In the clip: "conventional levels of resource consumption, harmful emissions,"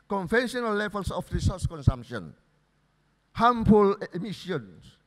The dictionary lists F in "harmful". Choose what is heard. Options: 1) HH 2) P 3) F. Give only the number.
2